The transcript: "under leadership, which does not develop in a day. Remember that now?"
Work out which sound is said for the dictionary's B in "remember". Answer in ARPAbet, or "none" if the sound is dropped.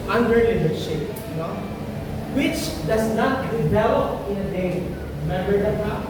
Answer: none